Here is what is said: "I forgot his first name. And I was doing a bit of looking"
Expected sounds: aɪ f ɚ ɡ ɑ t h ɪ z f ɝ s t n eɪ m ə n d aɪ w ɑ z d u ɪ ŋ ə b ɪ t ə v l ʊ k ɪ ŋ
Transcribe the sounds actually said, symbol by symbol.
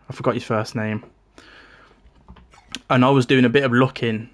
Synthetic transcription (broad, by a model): aɪ f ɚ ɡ ɑ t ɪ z f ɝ s n eɪ m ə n aɪ w ɑ z d u ɪ ŋ ə b ɪ t ə v l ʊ k ɪ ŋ